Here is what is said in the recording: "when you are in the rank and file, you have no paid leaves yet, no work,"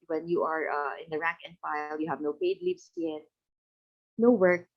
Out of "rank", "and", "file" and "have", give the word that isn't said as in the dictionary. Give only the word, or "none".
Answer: none